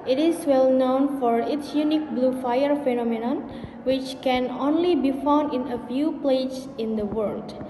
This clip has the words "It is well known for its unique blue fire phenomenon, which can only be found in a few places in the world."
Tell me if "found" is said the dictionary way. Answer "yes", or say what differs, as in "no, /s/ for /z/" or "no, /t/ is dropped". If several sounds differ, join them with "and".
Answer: yes